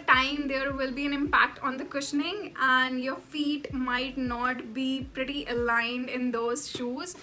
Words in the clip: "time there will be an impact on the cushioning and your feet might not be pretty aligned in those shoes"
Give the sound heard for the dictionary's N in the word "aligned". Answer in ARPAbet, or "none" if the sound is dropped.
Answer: N